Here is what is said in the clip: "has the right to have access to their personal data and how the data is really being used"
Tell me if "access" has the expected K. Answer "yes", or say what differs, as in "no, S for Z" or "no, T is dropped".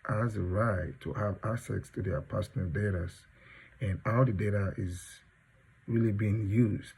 no, K is dropped